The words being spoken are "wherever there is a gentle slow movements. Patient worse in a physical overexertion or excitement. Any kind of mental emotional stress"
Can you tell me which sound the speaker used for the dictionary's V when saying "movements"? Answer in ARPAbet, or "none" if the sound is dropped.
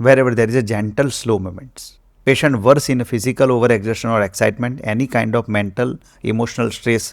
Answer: none